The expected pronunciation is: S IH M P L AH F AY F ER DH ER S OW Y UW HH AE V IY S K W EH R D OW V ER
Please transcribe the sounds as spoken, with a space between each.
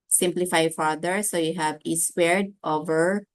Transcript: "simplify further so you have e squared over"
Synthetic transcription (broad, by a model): S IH M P L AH F AY F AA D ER S OW Y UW HH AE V IY S W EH R D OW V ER